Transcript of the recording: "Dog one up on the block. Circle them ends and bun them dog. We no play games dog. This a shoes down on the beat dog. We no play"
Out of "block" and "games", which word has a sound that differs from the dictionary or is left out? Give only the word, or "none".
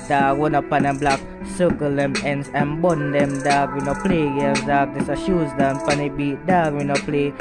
games